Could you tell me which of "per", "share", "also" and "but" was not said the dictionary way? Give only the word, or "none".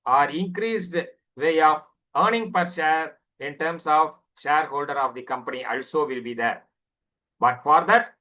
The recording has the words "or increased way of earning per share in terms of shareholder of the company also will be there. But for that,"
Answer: none